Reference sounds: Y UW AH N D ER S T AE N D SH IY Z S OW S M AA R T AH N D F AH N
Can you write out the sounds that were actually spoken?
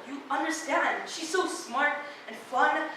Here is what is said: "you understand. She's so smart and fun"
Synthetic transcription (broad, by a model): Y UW AH N D ER S T AE N D SH IY Z S OW S M AA R T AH N F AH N